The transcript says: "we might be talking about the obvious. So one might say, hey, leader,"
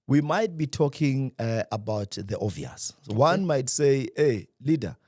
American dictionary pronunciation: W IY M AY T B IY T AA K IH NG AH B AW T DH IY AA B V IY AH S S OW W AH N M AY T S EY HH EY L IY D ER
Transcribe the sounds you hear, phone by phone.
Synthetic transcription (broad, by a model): W IY M AY T B IY T AA K IH NG AH B AW T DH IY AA V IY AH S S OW W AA N M AY T S EY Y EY L IY D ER